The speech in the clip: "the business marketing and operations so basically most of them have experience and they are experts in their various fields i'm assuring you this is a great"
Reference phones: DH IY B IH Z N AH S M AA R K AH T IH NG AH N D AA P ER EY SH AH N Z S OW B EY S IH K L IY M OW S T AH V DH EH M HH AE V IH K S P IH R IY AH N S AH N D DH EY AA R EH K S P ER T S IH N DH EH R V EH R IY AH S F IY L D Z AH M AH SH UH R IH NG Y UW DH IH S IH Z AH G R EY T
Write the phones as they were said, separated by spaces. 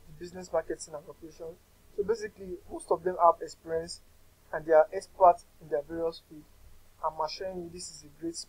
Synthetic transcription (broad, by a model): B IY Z N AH S M AA K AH T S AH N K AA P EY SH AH N S OW B EY S IH K L IY M OW S T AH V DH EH M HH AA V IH K S P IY R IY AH N S AH N D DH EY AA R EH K S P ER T IH N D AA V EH R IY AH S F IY D AH M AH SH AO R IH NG Y UW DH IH S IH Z AH G R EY T